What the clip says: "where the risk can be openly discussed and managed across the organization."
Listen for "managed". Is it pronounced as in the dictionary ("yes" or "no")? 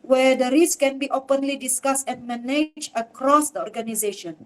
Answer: no